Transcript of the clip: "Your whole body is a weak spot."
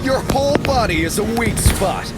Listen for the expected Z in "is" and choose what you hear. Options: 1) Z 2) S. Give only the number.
1